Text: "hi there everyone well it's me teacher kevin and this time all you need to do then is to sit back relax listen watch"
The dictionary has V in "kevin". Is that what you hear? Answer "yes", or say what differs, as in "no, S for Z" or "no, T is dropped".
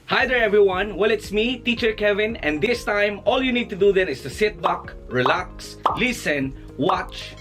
yes